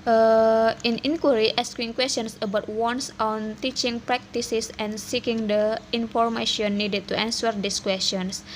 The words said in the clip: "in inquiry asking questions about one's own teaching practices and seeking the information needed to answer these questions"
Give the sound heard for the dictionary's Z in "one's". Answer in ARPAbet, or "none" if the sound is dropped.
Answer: S